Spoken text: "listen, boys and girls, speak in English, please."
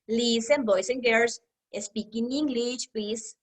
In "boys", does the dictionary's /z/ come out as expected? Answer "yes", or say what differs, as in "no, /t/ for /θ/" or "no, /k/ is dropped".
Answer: no, /s/ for /z/